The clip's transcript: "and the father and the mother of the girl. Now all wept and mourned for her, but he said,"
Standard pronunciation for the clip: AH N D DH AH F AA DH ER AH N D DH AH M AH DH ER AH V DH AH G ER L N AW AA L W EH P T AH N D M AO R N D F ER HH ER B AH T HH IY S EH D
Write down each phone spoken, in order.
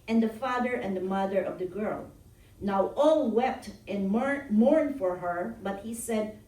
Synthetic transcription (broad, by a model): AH N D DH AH F AA DH ER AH N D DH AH M AH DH ER AH V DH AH G ER L N AW AA L W EH P T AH N M AO R N D F ER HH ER B AH T HH IY S EH D